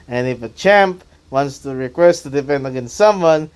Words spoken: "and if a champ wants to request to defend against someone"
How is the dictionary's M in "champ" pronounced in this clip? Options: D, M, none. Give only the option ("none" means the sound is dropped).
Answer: M